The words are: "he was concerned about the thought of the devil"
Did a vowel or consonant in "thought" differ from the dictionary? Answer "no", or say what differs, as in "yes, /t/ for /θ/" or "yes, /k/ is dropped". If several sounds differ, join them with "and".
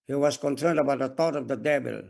yes, /t/ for /θ/